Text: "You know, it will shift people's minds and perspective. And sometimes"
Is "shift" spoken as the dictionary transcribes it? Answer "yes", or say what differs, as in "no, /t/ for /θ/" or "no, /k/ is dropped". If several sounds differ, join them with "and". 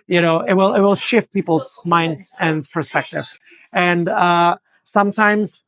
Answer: yes